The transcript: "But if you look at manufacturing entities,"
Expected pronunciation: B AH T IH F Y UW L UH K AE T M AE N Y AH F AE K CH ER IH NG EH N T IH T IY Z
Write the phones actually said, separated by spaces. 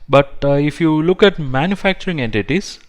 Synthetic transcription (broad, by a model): B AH T IH F Y UW L UH K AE T M AE N Y AH F AE K CH ER IH NG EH N T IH T IY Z